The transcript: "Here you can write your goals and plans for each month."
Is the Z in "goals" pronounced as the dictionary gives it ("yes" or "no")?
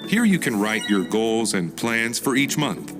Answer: yes